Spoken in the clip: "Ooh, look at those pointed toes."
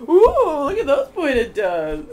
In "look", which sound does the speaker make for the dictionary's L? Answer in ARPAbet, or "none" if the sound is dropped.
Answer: L